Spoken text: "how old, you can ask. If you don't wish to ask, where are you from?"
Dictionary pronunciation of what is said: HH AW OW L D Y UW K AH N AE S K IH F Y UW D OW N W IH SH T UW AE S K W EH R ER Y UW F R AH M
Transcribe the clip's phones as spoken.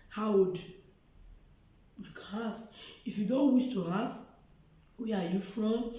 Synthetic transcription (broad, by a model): HH AW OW D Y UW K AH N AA S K IH F Y UW D OW N W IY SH T UW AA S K W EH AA Y UW F R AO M